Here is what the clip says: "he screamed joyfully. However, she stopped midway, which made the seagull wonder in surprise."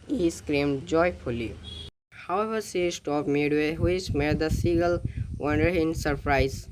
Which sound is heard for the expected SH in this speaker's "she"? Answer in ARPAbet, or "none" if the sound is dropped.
S